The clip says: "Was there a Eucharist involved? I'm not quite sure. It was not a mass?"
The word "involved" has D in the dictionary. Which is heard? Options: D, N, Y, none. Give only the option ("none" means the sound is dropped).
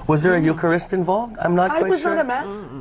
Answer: D